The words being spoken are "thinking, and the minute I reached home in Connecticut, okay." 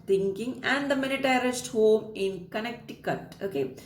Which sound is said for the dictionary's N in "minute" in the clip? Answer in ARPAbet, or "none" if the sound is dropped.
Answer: L